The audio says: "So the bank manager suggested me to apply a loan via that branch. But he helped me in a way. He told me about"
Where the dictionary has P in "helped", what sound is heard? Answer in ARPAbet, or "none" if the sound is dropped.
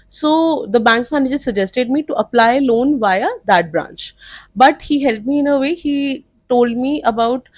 none